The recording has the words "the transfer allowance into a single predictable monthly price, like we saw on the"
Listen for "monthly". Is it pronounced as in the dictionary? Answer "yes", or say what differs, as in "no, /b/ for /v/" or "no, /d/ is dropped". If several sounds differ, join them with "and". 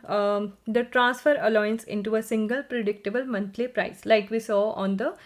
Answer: no, /t/ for /θ/